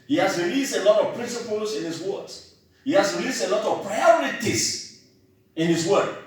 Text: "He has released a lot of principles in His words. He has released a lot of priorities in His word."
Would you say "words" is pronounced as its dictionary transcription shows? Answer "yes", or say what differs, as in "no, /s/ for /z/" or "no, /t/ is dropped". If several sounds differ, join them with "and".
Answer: no, /z/ is dropped